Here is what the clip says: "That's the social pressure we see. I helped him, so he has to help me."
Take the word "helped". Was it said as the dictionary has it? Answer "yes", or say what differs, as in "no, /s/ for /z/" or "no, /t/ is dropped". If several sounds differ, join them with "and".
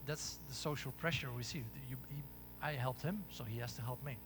yes